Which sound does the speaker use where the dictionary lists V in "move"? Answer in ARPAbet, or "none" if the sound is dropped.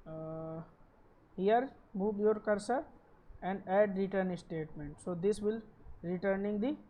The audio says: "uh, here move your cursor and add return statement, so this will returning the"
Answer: B